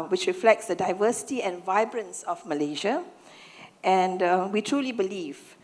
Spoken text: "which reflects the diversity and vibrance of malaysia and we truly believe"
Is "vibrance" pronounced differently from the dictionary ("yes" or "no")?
no